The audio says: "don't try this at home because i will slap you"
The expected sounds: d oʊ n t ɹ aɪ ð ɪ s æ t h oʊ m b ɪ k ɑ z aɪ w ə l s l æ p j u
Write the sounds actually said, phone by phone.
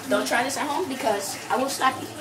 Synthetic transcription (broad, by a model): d oʊ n t ɹ aɪ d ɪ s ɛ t h oʊ m b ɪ k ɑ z aɪ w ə n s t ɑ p